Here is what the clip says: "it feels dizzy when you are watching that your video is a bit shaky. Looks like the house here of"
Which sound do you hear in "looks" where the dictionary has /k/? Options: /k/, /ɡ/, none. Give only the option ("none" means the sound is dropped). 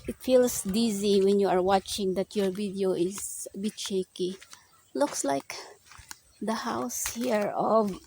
/k/